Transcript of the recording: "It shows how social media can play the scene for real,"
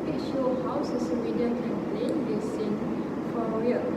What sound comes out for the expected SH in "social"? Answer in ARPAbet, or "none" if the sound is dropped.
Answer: S